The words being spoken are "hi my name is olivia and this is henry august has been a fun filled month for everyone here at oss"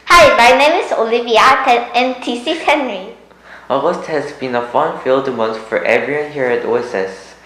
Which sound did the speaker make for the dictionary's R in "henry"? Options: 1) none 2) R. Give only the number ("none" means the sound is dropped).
2